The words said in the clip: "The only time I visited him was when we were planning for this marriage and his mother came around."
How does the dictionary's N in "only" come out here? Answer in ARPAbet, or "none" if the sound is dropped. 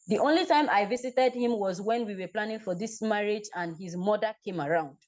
N